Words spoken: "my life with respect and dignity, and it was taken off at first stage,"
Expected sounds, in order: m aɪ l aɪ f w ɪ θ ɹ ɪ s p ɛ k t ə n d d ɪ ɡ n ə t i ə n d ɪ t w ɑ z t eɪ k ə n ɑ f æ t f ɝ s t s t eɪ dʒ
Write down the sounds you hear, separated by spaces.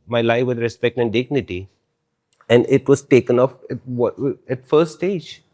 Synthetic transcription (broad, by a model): m aɪ l aɪ f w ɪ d ɹ ɪ s p ɛ k t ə n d d ɪ ɡ n ə t i ə n d ɪ t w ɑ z t eɪ k ə n ɑ f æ t f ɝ t s t eɪ dʒ